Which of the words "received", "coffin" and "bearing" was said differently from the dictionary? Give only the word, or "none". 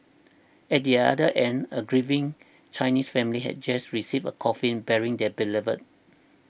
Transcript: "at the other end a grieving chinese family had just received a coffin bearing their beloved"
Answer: received